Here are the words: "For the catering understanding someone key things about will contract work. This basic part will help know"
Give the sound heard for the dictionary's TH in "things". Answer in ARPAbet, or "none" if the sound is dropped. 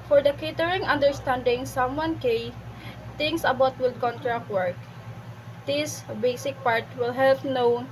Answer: T